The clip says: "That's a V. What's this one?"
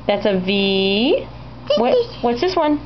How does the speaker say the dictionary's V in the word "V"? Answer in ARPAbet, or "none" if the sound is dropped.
V